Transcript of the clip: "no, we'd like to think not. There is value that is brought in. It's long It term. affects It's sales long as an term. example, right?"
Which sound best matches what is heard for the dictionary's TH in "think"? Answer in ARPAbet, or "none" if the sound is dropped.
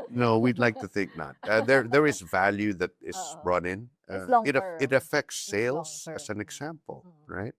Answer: TH